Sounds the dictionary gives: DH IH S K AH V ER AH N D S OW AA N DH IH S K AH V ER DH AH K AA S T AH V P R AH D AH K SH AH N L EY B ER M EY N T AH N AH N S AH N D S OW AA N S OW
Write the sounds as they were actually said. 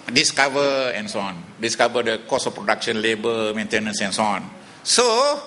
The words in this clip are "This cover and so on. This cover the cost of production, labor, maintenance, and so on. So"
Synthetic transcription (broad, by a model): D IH S K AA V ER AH N S OW AA N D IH S K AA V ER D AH K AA S AH F P R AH D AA K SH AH N L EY B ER M EY N T AH N AH N S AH N S OW AA N S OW